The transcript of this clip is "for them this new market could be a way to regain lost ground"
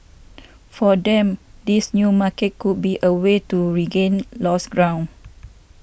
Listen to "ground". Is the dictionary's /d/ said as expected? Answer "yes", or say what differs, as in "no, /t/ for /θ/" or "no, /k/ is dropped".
no, /d/ is dropped